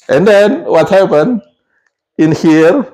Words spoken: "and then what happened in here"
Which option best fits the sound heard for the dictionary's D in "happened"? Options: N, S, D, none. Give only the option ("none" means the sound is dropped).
none